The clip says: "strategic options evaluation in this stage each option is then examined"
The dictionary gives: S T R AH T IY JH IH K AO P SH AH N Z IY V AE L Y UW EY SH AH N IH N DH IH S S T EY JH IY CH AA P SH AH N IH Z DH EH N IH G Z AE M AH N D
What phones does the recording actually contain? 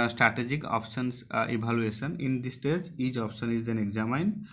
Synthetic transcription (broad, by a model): S T R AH T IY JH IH K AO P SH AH N S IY B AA L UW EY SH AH N IH N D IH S S T EY JH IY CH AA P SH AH N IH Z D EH N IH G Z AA M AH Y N